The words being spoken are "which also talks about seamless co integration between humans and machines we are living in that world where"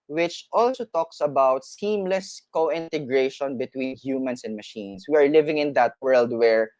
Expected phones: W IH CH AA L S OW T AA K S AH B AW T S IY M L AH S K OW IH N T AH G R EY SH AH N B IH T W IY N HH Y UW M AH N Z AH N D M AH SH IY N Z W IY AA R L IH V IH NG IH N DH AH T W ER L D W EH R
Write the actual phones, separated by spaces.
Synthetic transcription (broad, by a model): W IH CH AA L S OW T AA K S AH B AW T S IY M L AH S K OW IH N T AH G R EY SH AH N B IH T W IY N HH Y UW M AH N S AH N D M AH SH IY N S W IY AA R L IH V IH NG IH N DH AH T W ER L D W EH R